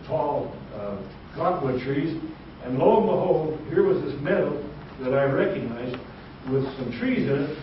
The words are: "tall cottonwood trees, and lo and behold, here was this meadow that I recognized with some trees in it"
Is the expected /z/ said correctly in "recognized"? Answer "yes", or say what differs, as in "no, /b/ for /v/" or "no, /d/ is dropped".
yes